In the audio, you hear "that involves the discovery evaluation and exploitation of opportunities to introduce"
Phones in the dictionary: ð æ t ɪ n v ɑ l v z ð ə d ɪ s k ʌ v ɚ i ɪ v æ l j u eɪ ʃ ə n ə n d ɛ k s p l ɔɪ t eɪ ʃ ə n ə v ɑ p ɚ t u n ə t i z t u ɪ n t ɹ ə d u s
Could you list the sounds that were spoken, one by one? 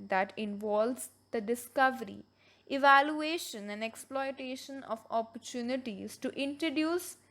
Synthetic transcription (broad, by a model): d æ t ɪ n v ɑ l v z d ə d ɪ s k ʌ v ɚ i ɪ v æ l j u eɪ ʃ ə n ə n d ɛ k s p l ɔɪ t eɪ ʃ ə n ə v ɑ p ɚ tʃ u n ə t i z t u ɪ n t ɹ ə d u s